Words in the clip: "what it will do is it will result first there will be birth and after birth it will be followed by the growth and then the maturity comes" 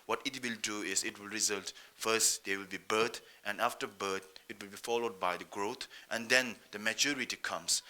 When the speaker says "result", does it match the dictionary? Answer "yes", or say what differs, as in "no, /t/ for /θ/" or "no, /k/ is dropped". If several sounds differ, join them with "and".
yes